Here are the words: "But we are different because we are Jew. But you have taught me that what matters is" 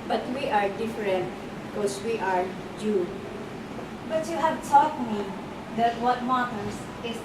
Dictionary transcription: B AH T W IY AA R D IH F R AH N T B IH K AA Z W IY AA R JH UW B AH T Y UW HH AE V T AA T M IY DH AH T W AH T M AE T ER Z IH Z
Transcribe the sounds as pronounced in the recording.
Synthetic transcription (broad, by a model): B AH T W IY AA R D IH F R AH N T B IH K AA S W IY AA R JH UW B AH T Y UW HH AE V T AA T M IY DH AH T W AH T M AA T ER S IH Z